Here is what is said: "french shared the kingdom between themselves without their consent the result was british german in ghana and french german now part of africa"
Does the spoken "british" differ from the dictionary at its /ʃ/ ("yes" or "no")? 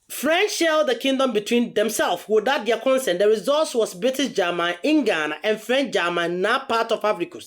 yes